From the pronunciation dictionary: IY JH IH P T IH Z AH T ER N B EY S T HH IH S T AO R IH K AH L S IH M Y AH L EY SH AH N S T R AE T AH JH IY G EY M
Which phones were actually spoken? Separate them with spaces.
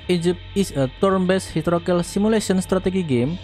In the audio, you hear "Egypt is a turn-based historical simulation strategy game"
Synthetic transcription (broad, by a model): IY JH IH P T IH S AH T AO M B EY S HH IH T R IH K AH L S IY M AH L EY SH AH N S T R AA T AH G IY G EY M